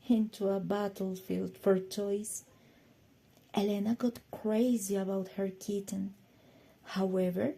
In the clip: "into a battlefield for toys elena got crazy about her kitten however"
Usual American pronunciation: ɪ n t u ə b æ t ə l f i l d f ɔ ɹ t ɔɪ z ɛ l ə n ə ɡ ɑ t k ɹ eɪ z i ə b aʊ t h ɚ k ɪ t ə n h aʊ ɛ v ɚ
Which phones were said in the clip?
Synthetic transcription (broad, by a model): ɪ n t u ə b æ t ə l f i l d f ɔ ɹ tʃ ɔɪ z ɛ l ə n ə ɡ ɑ t k ɹ eɪ z i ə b aʊ t h ɚ k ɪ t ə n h aʊ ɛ v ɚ